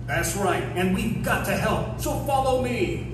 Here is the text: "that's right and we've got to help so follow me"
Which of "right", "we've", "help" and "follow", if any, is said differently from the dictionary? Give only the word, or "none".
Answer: none